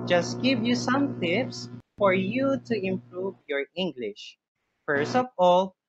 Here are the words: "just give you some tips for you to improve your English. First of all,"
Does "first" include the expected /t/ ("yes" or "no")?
yes